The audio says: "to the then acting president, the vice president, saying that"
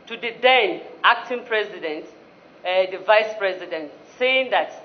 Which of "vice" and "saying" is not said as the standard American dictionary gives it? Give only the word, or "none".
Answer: none